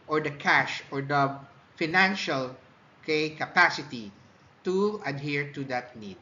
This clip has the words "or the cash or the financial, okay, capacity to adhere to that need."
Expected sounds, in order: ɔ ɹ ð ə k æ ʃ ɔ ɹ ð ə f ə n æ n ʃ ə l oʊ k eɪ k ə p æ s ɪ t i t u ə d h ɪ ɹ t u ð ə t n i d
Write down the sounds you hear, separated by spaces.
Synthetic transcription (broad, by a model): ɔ ɹ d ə k æ ʃ ɔ ɹ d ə f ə n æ n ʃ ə l k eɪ k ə p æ s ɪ t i t u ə d h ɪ ɹ t u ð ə t n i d